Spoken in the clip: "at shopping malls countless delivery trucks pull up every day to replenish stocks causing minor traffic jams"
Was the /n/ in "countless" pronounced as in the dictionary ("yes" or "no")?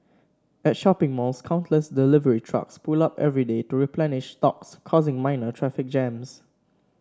yes